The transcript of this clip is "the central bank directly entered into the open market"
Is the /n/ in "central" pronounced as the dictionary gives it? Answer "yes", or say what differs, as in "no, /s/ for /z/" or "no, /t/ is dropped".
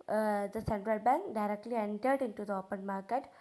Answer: yes